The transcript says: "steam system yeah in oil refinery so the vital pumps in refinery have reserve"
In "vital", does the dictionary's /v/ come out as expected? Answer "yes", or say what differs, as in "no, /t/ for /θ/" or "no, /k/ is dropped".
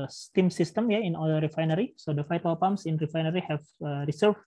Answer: no, /f/ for /v/